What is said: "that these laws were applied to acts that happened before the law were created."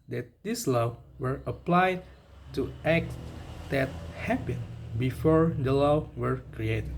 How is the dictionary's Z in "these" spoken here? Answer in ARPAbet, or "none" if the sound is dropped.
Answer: S